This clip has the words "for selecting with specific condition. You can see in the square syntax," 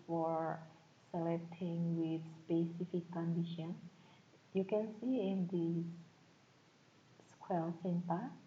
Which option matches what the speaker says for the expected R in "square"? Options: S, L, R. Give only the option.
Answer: L